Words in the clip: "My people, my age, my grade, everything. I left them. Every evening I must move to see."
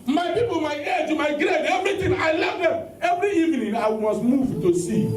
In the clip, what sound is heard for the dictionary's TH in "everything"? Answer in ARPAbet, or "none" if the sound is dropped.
T